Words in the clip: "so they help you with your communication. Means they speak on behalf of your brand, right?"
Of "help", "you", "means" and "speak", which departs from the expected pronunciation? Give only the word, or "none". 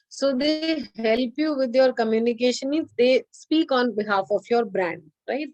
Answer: means